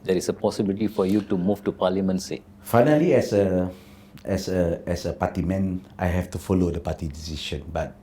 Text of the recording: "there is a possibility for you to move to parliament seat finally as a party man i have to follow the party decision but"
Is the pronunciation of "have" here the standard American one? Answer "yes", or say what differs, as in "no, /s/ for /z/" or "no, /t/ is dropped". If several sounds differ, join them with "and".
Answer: no, /f/ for /v/